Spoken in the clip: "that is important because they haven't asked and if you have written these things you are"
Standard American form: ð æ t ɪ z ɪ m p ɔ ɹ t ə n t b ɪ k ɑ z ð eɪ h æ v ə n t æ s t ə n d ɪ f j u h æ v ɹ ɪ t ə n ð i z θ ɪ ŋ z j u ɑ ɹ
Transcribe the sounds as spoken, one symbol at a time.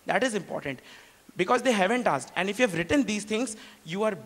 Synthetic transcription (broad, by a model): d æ t ɪ z ɪ m p ɔ ɹ t ə n t b ɪ k ɑ z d eɪ h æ v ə n t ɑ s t ə n d ɪ f j u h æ v ɹ ɪ t ə n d i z t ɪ ŋ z j u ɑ ɹ